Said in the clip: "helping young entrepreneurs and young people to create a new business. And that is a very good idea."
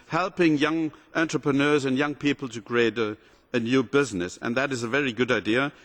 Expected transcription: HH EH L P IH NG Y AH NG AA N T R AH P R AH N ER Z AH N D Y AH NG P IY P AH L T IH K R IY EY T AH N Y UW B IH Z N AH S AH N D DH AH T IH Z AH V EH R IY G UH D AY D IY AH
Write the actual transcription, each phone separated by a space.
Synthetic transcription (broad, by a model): HH EH L P IH NG Y AH NG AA N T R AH P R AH N ER Z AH N Y AH NG P IY P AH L T IH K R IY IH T AH N Y UW B IH Z N AH S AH N DH AH T IH Z AH V EH R IY G UH D AY D IY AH